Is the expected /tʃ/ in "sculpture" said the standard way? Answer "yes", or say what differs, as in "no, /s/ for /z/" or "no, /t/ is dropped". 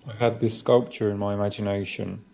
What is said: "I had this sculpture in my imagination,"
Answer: yes